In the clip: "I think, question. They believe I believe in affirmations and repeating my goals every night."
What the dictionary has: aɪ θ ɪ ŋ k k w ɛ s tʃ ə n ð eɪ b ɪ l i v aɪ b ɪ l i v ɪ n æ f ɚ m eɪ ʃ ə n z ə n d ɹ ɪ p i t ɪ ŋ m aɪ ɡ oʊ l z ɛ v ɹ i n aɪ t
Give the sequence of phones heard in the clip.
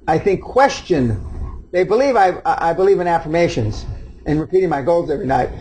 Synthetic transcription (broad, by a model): aɪ θ ɪ ŋ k k w ɛ s tʃ ə n ð eɪ b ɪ l i v aɪ b ɪ l i v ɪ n æ f ɚ m eɪ ʃ ə n z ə n ɹ ɪ p i t ɪ ŋ m aɪ ɡ oʊ l z ɛ v ɹ i n aɪ t